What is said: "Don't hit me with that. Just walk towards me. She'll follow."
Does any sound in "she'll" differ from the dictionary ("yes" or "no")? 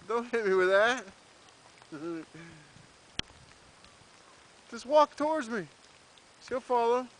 yes